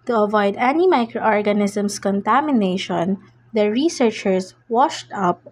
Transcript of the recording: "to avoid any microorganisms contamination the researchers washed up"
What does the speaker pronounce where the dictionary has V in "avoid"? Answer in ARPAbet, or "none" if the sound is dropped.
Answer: V